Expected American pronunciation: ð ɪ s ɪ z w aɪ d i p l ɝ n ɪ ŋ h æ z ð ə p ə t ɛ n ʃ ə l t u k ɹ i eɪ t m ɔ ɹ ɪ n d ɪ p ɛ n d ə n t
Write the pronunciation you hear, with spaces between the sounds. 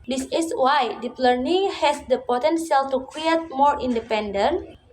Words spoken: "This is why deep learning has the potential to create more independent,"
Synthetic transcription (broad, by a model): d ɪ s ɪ s w aɪ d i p l ɝ n ɪ ŋ h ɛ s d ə p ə t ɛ n s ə l t u k ɹ i eɪ t m ɔ ɹ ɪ n d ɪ p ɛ n d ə n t